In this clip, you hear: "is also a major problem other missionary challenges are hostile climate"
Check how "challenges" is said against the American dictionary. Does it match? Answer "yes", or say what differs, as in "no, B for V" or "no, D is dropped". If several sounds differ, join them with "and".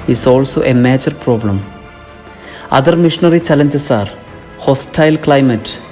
no, S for Z